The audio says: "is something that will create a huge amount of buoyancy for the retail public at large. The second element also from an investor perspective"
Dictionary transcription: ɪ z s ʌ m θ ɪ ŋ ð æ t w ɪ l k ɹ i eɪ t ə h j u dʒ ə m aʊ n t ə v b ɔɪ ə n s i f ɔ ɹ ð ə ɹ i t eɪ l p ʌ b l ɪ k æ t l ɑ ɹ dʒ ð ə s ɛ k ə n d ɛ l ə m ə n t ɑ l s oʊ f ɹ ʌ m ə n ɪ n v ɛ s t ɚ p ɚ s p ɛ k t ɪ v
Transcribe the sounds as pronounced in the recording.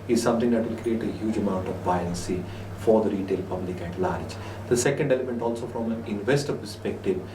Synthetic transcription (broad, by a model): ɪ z s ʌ m t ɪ ŋ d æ t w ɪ l k ɹ i eɪ t ə h j u dʒ ə m aʊ n t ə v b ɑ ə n s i f ɔ ɹ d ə ɹ i t eɪ l p ʌ b l ɪ k æ t l ɑ ɹ dʒ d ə s ɛ k ə n d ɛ l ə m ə n t ɑ l s oʊ f ɹ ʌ m ə n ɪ n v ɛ s t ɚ p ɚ s p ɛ k t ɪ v